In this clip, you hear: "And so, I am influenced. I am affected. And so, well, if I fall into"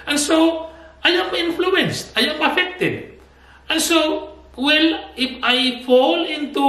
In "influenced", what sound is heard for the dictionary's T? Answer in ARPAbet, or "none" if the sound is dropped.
T